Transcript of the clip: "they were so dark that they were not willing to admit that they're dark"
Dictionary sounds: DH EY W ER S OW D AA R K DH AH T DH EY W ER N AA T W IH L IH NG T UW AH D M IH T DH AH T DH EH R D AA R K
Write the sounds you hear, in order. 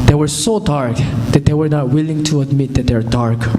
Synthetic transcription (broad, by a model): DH EY W ER S OW D AA R K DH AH T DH EY W ER N AA T W IH L IH NG T UW AH D M IH T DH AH T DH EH W D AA R K